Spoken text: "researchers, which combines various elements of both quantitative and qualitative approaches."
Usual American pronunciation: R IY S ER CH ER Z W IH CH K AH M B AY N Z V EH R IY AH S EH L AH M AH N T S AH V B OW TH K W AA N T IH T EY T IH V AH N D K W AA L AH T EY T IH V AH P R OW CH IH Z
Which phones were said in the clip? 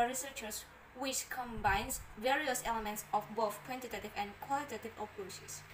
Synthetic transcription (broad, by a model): R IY S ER CH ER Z W IH CH K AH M B AY N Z V EH R IY AH S EH L AH M AH N T S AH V B OW TH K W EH N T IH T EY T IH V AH N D K W AA L AH T EY T IH V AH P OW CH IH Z